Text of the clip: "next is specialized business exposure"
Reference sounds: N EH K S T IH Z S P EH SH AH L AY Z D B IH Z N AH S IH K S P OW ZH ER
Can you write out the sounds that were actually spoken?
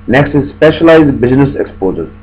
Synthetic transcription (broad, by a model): N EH K S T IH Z S P EH SH AH L AY Z D B IH Z N AH S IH K S P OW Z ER